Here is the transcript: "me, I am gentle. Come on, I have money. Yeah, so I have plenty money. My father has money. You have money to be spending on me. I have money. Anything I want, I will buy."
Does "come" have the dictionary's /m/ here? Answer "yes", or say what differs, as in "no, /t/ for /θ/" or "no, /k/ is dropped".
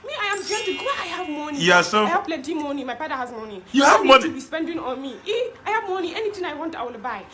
no, /m/ is dropped